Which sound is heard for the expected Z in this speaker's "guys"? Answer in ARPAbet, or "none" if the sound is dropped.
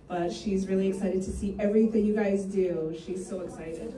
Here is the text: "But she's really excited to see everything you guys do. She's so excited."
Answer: Z